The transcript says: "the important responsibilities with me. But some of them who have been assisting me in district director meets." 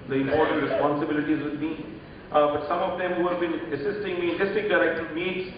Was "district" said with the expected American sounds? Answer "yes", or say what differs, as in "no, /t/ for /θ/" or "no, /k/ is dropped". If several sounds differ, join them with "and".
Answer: no, /ɹ/ is dropped